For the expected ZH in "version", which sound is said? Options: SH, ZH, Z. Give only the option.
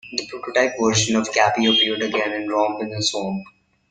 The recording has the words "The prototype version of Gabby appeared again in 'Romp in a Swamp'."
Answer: SH